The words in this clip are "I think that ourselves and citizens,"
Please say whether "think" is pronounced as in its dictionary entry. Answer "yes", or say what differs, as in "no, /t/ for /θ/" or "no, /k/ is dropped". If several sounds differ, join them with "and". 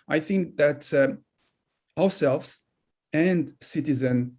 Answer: yes